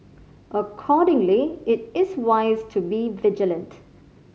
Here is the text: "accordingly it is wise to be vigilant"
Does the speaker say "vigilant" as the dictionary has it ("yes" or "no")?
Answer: yes